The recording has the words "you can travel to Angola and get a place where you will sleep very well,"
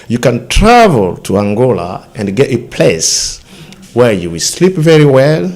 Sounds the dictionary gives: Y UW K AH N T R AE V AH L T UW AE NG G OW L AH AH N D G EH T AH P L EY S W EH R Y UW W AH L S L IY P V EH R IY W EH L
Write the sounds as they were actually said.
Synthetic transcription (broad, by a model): Y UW K AH N T R AE V AH L T UW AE NG G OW L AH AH N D G EH T AH P L EY S W EH R Y UW W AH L S L IY P V EH R IY W EH L